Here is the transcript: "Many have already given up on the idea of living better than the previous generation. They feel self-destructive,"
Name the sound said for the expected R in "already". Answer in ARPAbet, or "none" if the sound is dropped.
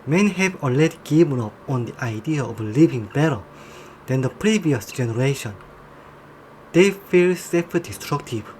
none